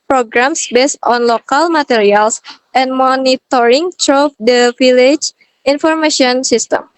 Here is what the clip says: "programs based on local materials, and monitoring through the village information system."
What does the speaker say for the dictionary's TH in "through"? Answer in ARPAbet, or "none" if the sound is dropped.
T